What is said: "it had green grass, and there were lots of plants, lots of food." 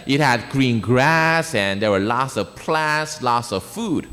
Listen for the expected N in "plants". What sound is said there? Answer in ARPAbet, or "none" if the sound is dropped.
none